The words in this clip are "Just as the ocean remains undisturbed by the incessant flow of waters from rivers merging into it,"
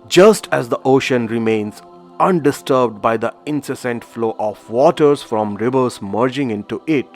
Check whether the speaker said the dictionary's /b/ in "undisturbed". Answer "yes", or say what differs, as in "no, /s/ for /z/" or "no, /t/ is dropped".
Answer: yes